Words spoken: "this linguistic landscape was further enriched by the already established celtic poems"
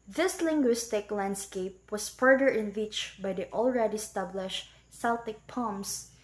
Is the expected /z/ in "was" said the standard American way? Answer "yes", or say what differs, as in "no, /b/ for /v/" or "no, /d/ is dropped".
no, /s/ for /z/